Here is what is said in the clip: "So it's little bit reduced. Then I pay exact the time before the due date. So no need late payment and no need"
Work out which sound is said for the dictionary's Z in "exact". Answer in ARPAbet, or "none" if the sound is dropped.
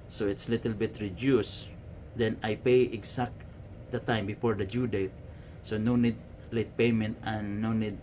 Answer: S